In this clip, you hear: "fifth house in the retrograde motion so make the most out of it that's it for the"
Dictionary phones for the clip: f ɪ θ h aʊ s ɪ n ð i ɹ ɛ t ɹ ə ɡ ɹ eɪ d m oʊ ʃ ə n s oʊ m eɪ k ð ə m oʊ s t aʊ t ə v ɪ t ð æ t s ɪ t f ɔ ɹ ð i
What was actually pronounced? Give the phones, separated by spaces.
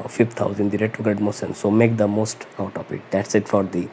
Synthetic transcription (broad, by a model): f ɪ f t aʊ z ɪ n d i ɹ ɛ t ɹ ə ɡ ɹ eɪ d m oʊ s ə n s oʊ m eɪ k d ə m oʊ s t aʊ t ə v ɪ t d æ t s ɪ t f ɔ ɹ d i